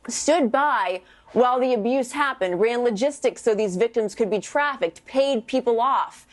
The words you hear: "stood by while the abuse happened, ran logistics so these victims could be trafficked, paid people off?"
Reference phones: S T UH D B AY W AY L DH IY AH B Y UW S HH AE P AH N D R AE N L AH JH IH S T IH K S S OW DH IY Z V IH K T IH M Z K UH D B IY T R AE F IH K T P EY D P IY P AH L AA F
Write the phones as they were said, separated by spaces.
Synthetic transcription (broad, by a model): S T UH D B AY W AY L DH IY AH B Y UW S HH AE P AH N D R AE N L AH JH IH S T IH K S S OW DH IY Z V IH K T IH M Z K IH D B IY T R AE F IH K T P EY D P IY P L AA F